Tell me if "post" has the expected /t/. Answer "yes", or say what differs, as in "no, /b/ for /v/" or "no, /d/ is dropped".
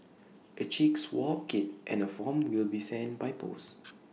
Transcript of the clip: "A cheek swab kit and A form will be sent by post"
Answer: no, /t/ is dropped